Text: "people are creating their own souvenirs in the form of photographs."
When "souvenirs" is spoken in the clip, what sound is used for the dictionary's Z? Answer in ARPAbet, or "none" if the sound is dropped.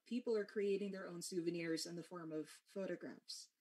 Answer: Z